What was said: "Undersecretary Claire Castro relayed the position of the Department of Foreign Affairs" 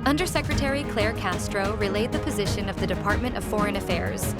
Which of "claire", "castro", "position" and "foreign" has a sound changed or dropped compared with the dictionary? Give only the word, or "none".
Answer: none